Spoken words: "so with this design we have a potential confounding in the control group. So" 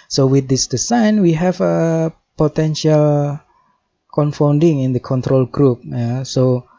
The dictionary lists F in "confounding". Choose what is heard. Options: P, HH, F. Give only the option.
F